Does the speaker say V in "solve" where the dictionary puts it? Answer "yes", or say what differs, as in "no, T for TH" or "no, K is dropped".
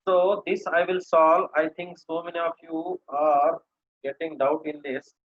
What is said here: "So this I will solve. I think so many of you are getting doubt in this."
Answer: no, V is dropped